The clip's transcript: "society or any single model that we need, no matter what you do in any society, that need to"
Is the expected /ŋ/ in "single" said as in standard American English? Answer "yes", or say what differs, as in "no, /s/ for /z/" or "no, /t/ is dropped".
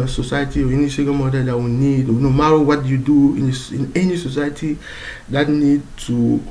no, /ŋ/ is dropped